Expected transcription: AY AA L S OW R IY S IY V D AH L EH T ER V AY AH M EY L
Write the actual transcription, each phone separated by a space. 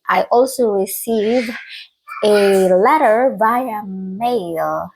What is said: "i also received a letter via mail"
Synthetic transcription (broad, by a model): AY AA L S OW R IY S IY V AH L EH T ER B AY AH M EY L